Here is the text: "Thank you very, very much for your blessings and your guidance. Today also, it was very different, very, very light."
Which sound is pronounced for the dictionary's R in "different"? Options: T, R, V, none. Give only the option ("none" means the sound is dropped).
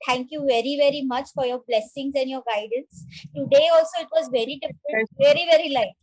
none